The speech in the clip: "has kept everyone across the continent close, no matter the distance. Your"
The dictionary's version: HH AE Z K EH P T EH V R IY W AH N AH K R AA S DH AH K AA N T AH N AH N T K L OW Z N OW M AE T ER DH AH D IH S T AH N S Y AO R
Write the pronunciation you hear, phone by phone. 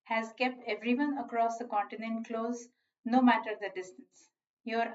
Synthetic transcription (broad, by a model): HH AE Z K EH P T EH V R IY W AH N AH K R AA S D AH K AA N T AH N AH N T K L OW Z N OW M AE T ER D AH D IH S T AH N S Y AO R